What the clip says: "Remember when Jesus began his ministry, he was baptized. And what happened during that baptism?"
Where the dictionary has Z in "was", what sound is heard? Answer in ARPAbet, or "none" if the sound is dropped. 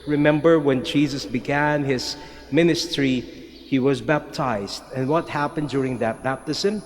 Z